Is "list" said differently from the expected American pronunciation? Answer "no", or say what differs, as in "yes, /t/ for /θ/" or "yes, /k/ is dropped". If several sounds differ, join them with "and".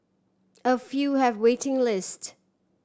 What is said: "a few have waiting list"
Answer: no